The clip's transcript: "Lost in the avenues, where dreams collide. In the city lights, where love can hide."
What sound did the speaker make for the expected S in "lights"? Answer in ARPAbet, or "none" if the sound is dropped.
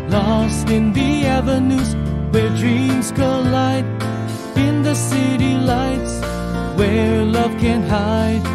S